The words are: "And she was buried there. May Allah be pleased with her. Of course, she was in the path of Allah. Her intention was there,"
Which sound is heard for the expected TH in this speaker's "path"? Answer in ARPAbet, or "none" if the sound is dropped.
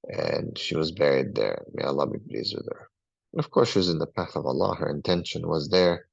TH